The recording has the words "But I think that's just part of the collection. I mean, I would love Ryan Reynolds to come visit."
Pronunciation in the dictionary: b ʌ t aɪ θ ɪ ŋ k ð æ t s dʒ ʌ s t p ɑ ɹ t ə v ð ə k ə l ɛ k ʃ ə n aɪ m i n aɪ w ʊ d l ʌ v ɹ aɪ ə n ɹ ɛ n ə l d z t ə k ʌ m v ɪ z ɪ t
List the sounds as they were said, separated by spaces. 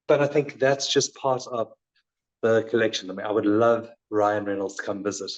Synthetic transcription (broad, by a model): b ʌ t aɪ θ ɪ ŋ k ð æ t s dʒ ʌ s p ɑ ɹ t ə v ð ə k ə l ɛ k ʃ ə n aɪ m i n aɪ w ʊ d l ʌ v ɹ aɪ ə n ɹ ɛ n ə l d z t ə k ʌ m v ɪ z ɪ t